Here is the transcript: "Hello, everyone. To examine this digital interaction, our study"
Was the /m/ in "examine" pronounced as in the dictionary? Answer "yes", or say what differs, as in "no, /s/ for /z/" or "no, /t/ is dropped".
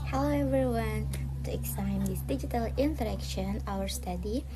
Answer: no, /m/ is dropped